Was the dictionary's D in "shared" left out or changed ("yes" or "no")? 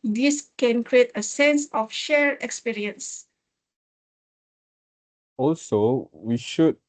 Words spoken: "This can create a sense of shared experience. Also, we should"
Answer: yes